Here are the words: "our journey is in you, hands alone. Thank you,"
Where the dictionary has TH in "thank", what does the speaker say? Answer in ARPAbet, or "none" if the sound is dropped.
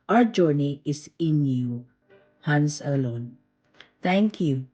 T